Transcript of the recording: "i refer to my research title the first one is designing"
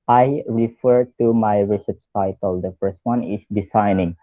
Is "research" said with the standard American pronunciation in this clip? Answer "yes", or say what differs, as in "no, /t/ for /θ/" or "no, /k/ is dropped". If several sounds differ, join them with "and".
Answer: no, /s/ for /tʃ/